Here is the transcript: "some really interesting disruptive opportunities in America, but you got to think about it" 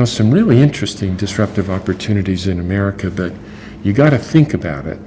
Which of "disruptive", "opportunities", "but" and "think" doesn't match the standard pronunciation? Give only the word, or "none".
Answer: none